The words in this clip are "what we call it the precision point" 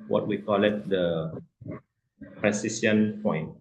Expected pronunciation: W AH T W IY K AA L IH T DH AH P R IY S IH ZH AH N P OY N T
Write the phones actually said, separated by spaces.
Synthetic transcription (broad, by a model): W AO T W IY K AA L IH T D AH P R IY S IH S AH N P OY N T